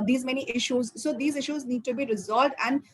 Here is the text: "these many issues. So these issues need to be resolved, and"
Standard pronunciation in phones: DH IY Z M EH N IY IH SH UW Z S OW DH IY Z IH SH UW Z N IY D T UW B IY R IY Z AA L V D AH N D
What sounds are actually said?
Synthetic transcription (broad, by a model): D IY Z M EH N IY IH SH UW Z S OW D IY Z IH SH UW Z N IY D T UW B IY R IY Z AA L V D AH N D